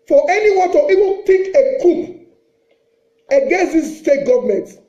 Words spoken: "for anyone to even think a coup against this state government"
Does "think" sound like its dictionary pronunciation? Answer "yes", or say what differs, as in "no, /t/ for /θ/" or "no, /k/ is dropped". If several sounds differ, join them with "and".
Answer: no, /t/ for /θ/ and /ŋ/ is dropped